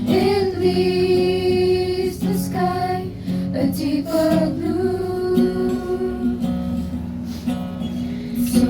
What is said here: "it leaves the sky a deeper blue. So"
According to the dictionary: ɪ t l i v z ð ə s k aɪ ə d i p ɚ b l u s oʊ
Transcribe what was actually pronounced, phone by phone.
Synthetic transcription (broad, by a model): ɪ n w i z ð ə s k aɪ ə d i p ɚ b l u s